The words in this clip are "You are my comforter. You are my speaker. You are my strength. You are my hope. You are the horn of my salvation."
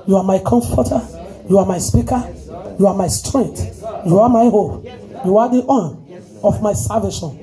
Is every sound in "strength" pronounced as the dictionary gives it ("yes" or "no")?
no